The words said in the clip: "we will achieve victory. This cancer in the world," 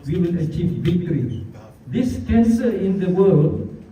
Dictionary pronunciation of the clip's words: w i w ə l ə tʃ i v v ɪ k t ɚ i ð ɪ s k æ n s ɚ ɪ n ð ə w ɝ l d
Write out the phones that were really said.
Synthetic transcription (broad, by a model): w i w ə l ə tʃ i v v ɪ k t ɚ i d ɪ s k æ n s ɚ ɪ n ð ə w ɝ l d